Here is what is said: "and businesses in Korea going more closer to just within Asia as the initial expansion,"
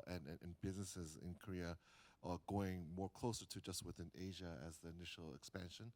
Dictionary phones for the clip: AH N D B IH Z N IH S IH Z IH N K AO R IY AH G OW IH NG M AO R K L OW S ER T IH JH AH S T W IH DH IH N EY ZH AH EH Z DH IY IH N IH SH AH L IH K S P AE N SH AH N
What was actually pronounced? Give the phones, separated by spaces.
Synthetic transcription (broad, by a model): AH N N B IH Z N IH S IH Z IH N K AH R IY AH G OW IH NG M AO R K L OW S ER T IH JH AH S T W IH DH IH N EY ZH AH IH Z DH IY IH N IH SH L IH K S P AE N SH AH N